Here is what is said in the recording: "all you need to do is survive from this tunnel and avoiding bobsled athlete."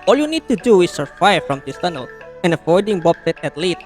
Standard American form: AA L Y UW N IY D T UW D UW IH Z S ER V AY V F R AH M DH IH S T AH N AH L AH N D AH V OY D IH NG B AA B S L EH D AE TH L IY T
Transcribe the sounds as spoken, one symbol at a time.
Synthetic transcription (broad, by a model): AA L Y UW N IY D T UW D UW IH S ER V AY F R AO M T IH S T AH N AH L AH N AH F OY D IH NG B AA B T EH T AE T L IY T